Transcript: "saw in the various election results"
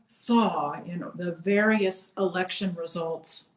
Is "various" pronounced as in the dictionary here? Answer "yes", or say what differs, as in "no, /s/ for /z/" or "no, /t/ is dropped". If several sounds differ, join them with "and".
yes